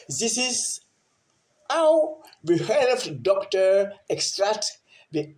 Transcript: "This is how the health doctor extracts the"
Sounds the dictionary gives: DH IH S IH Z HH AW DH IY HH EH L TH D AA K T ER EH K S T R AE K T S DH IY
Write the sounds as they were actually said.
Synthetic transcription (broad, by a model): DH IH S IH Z HH AW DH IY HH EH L F D AA K T ER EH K S T R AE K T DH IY